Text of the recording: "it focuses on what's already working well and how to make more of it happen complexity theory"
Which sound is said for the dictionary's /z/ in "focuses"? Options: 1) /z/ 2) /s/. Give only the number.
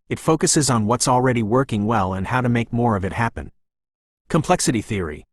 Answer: 1